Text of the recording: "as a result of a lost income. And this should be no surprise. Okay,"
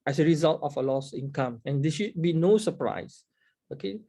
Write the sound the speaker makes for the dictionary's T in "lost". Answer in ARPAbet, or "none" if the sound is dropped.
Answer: none